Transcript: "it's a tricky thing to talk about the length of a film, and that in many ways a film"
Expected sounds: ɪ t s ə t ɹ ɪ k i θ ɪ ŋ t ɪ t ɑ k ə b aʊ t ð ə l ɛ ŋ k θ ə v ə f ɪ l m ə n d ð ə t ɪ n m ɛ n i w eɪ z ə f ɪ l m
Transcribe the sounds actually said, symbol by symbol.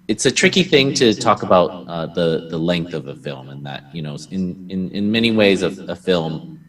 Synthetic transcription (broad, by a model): ɪ t s ə t ɹ ɪ k i θ ɪ ŋ t ɪ t ɑ k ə b aʊ t ð ə l ɛ ŋ k θ ə v ə f ɪ l m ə n ð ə t ɪ n m ɛ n i w eɪ z ə f ɪ l m